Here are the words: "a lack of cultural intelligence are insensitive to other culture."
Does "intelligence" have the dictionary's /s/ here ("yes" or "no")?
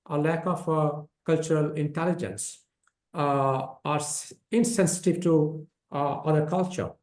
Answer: yes